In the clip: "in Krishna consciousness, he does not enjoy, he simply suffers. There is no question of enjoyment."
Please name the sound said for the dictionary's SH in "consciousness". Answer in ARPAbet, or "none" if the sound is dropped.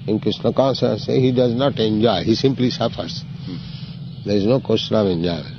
S